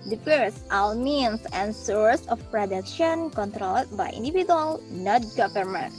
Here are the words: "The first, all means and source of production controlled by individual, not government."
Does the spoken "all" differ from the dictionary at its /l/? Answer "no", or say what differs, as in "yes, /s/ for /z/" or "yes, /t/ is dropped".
yes, /w/ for /l/